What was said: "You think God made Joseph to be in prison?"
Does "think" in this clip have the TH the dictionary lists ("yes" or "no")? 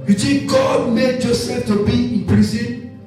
no